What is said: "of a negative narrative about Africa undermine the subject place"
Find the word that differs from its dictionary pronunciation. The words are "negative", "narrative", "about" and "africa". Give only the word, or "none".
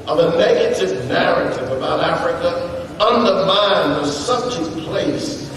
none